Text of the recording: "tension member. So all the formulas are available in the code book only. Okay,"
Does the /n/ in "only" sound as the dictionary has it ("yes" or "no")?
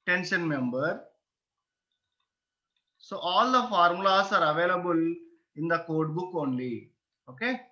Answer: yes